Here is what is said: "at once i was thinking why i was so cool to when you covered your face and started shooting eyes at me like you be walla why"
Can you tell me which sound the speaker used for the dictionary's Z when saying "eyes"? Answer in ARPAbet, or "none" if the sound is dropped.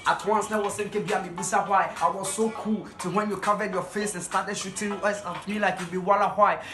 S